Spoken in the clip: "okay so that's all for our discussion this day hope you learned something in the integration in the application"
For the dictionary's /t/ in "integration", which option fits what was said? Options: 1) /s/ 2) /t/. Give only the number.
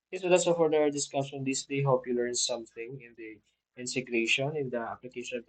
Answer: 1